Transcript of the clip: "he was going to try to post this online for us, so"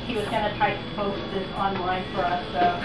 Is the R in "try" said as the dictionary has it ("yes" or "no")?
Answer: no